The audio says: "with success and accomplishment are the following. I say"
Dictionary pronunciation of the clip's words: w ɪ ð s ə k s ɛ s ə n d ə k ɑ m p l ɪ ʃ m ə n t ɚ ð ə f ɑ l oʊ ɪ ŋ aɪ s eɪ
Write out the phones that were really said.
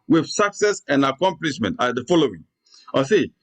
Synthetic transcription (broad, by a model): w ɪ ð s ə k s ɛ s ə n d ə k ɑ m p l ɪ ʃ m ə n t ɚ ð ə f ɑ l oʊ ɪ ŋ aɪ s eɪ